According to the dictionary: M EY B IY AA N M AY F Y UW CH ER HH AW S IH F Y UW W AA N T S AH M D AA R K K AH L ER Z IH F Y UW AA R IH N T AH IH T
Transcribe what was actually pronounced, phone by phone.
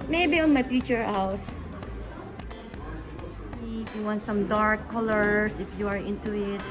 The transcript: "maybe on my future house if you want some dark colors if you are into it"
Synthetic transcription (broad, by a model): M EY B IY AA N M AY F Y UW CH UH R AW S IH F Y UW W AA N T S AH M D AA R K K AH L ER S IH F Y UW AA R IH N T AH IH T